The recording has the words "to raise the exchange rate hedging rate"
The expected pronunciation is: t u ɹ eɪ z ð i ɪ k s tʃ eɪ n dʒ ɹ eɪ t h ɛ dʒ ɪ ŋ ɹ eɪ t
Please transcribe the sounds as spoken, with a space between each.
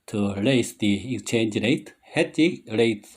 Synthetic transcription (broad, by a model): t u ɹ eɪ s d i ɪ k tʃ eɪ n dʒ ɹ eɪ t h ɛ tʃ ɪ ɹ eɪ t